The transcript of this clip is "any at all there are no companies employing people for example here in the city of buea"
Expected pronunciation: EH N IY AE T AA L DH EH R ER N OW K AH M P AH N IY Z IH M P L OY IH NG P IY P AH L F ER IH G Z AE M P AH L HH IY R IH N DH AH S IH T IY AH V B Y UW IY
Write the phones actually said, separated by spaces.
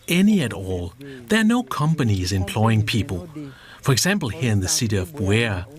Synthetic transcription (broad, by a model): EH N IY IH T AA L DH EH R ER N OW K AH M P AH N IY Z IH M P L OY IH NG P IY P AH L F ER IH G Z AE M P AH L HH IY R IH N DH AH S IH T IY AH V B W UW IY